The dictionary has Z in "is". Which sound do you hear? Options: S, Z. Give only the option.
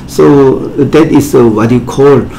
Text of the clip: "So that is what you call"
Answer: S